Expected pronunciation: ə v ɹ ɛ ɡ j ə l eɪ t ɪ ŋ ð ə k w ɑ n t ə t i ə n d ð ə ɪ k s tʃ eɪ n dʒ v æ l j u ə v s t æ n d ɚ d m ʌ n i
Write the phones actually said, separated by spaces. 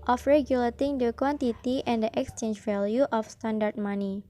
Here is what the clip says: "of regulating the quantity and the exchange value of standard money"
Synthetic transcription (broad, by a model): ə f ɹ ɛ ɡ j ə l eɪ t ɪ ŋ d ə k w ɑ n t ə t i ə n d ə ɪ k s tʃ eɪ n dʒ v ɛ l j u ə f s t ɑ n d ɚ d m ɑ n i